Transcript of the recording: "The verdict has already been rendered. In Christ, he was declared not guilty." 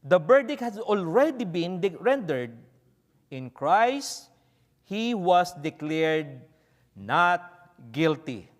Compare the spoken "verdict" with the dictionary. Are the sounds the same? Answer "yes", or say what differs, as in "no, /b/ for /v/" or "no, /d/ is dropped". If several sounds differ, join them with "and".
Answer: no, /b/ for /v/